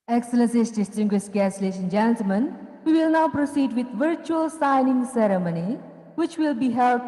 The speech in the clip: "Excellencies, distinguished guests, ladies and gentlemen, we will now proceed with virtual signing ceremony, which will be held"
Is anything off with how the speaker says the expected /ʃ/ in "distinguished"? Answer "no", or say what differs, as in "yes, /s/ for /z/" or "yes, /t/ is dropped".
yes, /s/ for /ʃ/